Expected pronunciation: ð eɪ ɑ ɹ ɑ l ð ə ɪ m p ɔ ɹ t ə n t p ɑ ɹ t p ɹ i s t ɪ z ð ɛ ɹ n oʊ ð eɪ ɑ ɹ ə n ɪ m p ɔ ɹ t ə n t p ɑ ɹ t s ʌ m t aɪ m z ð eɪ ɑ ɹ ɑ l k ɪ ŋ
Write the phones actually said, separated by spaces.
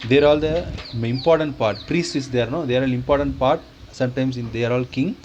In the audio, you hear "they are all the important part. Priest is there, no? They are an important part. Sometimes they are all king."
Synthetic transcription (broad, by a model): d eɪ ɹ ɑ l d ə ɪ m p ɔ ɹ t ə n t p ɑ ɹ t p ɹ i s t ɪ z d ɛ ɹ n oʊ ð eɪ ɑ ɹ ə l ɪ m p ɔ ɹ t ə n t p ɑ ɹ t s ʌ m t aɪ m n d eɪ ɑ ɹ ɑ l k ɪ ŋ